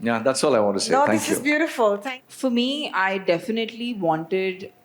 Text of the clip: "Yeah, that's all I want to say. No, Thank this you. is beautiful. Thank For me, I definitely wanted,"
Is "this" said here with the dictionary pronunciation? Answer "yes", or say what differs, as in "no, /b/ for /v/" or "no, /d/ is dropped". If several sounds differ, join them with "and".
no, /s/ is dropped